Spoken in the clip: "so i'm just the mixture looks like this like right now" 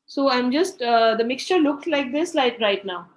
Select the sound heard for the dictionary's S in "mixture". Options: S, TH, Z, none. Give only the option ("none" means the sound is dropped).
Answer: S